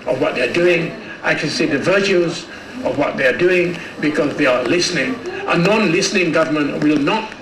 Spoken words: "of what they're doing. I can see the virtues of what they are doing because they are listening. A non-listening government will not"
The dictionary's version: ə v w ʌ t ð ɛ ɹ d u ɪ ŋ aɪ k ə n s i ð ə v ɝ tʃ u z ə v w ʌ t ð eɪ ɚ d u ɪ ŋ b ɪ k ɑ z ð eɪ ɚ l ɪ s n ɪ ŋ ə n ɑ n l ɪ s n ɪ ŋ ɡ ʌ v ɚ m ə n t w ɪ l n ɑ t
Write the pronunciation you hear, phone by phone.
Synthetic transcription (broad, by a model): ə v w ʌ t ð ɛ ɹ d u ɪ ŋ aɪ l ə s i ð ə v ɝ tʃ u z ə v w ʌ t ð eɪ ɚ d u ɪ ŋ b ɪ k ɑ z ð eɪ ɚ l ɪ s n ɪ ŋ ə n ɑ n l ɪ s n ɪ ŋ ɡ ʌ v ɚ m ə n t w ɪ l n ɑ t